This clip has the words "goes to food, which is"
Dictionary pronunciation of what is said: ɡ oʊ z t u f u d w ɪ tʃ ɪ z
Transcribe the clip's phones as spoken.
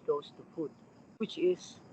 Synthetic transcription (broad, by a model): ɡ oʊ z t u p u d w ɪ tʃ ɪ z